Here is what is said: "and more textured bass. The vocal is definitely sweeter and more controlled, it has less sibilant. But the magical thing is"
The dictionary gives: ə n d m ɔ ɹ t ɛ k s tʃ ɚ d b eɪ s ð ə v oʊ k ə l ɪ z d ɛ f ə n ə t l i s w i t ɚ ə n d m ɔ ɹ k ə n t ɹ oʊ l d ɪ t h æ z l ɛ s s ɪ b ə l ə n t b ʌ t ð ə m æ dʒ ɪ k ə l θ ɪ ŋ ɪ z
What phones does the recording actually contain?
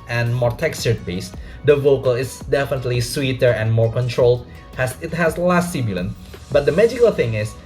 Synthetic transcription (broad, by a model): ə n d m ɔ ɹ t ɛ k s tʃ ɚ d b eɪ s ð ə v oʊ k ə l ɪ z d ɛ f ə n ə t l i s w i t ɚ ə n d m ɔ ɹ k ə n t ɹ oʊ l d ɪ t h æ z l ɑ s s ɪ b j l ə n b ʌ t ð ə m æ dʒ ɪ k ə l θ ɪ ŋ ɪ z